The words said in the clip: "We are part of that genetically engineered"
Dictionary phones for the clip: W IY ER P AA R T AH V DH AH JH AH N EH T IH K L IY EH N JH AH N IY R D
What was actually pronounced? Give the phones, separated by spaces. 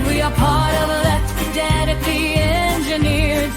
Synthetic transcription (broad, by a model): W IY ER P AA R T AH V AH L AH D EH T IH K IY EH N JH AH N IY R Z